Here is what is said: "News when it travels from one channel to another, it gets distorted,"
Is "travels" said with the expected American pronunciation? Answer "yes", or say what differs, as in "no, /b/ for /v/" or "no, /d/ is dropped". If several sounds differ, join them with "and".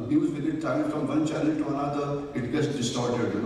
no, /v/ is dropped